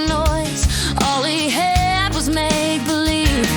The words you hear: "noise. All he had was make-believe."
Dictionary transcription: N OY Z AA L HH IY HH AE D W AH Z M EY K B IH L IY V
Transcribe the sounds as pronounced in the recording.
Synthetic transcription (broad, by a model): N OY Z AA L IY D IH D W AH Z M EY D B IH L IY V